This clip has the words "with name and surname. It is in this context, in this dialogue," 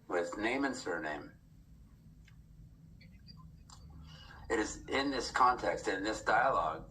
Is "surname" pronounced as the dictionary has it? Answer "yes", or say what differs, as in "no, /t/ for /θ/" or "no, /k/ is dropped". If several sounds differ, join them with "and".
yes